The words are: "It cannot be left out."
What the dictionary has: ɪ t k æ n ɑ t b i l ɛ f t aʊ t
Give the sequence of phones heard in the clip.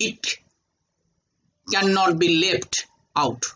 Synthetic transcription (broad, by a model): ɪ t k æ n ɑ t b i l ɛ p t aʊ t